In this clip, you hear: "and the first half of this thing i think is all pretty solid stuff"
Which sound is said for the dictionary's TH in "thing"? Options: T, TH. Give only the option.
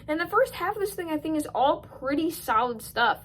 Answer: TH